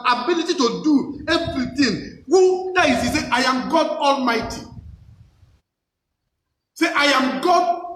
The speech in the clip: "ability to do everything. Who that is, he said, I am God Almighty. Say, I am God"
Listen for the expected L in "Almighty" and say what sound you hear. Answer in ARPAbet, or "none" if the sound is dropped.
L